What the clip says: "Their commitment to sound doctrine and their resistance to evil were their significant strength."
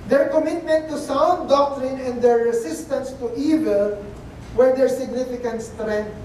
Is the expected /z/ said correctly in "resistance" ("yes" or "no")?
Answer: no